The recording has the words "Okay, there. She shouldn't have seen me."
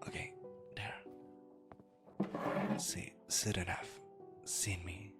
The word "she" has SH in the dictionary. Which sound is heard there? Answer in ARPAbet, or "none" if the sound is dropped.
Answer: S